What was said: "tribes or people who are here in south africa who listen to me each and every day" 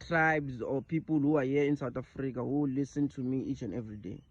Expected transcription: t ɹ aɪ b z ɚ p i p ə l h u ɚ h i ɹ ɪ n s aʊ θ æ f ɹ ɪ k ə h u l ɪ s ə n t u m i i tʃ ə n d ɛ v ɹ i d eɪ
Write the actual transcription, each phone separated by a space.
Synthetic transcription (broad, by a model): t ɹ aɪ b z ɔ p i p ə l h u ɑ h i ɪ n s aʊ t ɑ f ɹ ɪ k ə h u l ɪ s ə n t u m i i tʃ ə n ɛ v ɹ i d eɪ